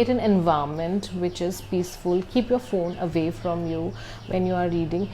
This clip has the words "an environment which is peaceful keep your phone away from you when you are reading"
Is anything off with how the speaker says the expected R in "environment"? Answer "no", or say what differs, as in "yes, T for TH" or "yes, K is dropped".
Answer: yes, R is dropped